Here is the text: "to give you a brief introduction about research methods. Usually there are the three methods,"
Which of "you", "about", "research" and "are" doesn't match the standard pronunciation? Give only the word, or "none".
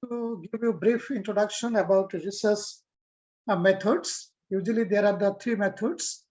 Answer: research